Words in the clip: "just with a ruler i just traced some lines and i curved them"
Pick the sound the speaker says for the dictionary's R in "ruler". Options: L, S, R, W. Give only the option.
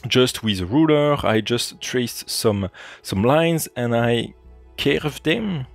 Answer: R